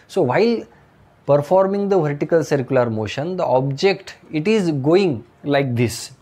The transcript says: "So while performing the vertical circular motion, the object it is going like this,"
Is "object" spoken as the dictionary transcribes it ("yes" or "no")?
yes